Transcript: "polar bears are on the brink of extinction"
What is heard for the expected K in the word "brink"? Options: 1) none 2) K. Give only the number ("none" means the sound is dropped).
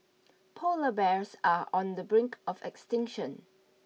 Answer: 2